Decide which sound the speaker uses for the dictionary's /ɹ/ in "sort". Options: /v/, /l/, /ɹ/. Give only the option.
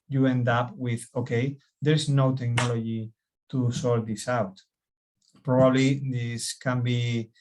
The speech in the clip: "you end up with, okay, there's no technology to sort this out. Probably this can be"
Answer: /l/